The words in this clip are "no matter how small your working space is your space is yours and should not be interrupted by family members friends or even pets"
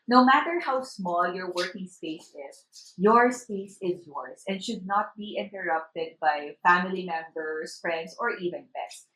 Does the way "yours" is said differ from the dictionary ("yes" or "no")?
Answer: yes